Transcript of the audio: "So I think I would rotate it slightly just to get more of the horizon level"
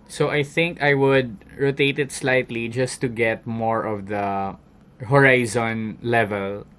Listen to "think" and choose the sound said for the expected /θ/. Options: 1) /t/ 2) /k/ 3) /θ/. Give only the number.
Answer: 3